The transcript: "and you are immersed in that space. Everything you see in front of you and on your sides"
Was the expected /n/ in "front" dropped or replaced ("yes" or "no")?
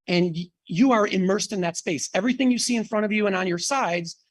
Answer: yes